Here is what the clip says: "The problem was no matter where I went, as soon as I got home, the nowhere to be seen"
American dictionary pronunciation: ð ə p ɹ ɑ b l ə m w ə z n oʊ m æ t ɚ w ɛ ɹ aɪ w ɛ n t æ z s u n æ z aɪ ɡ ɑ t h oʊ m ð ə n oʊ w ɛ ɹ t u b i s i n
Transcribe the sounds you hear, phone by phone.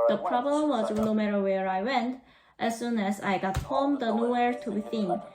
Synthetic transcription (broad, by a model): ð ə p ɹ ɑ b l ə m w ə z n oʊ m æ t ɚ w ɛ ɹ aɪ w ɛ n t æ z s u n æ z aɪ ɡ ɑ t h oʊ m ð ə n oʊ w ɛ ɹ t u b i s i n